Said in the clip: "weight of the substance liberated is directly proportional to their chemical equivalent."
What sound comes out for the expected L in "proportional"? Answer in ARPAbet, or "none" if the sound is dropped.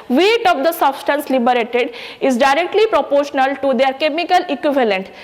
L